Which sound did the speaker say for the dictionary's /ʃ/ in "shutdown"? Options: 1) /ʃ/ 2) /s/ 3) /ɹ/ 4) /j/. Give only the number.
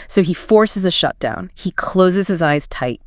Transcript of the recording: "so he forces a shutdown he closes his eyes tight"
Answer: 1